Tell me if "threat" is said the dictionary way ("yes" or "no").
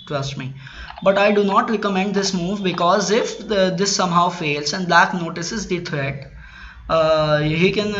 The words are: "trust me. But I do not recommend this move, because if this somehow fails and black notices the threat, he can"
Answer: no